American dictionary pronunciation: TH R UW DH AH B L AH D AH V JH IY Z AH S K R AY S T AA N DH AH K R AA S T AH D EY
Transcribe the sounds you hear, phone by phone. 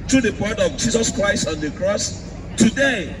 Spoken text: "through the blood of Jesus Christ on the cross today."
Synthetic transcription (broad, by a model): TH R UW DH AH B AH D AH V JH IY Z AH S K R AY S T AA N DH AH K R AA S T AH D EY